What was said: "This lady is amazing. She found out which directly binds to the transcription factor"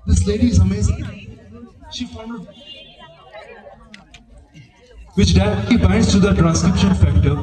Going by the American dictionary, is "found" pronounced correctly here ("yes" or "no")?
no